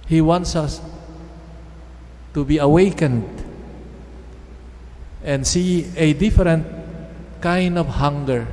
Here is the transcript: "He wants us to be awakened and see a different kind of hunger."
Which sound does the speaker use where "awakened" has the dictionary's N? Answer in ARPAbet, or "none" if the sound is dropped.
N